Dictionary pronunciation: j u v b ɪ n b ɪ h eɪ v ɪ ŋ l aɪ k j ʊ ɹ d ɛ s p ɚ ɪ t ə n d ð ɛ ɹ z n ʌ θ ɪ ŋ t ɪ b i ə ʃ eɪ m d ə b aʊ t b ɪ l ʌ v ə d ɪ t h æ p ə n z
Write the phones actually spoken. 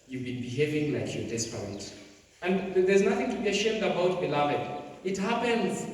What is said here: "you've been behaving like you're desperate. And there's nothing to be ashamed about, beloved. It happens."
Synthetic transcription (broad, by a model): j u b ɪ n b ɪ h eɪ v ɪ ŋ l aɪ k j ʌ ɹ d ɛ s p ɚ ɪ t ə n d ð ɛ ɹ z n ʌ θ ɪ ŋ t ɪ b i ə ʃ eɪ m d ə b aʊ t b ɪ l ʌ v ə d ɪ t h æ p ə n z